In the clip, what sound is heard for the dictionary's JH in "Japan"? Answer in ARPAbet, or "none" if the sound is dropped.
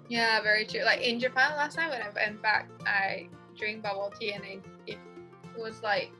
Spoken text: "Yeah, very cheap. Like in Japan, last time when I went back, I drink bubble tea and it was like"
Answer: JH